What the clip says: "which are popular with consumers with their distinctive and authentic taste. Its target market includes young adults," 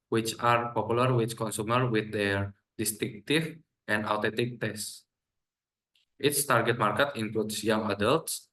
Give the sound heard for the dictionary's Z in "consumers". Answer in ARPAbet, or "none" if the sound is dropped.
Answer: none